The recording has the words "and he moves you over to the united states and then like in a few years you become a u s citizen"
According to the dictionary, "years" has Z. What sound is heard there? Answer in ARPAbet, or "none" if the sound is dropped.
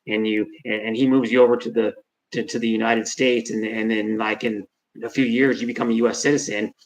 Z